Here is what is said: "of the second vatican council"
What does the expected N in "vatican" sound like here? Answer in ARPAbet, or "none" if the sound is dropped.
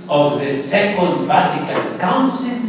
L